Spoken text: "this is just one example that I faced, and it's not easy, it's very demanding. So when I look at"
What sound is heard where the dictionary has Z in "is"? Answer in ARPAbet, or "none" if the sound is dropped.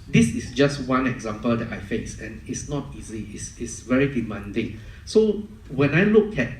S